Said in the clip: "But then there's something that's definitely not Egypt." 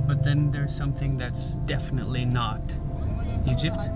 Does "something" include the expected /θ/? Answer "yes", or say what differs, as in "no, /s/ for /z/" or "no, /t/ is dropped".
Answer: yes